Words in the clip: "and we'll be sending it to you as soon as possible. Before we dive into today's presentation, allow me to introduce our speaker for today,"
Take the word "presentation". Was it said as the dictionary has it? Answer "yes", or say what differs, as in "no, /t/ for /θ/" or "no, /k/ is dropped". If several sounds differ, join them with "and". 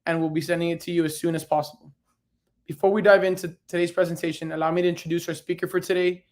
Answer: yes